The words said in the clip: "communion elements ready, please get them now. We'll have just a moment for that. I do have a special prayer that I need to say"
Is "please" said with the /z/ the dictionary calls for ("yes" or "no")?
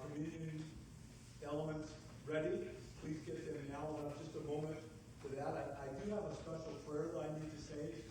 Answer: yes